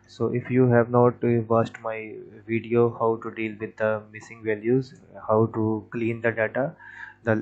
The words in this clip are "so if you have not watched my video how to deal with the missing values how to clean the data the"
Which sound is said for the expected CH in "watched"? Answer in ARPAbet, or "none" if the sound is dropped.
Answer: S